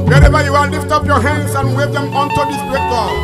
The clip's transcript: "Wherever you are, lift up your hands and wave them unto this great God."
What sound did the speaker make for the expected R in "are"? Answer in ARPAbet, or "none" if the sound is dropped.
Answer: L